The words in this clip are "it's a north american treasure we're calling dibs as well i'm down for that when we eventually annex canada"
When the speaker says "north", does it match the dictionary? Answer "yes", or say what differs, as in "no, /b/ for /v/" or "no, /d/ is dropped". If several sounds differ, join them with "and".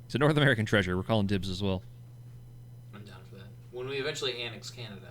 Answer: yes